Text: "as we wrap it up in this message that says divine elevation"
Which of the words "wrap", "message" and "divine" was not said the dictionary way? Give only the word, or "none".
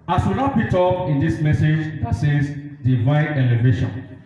wrap